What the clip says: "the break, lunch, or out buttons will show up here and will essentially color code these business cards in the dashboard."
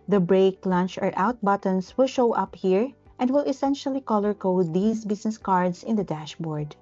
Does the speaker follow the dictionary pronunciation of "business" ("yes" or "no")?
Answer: no